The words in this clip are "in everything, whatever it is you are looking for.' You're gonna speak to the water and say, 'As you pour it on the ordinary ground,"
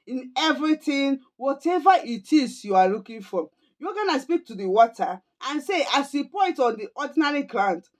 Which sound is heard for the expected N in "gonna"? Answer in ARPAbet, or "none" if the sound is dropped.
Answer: N